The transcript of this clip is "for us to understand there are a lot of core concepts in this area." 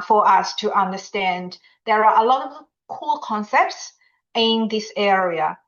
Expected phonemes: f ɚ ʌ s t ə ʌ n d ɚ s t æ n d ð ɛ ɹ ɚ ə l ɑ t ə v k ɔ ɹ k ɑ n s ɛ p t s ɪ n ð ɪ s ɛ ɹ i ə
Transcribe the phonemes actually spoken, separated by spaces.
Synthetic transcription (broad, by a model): f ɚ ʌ s t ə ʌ n d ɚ s t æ n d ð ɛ ɹ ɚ ə l ɑ t ə v k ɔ l k ɑ n s ɛ p t s ɪ n ð ɪ s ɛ ɹ i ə